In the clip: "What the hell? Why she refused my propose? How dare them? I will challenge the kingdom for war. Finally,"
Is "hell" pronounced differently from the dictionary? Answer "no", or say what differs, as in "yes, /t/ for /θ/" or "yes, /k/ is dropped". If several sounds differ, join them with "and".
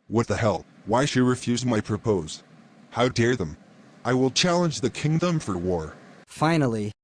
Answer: no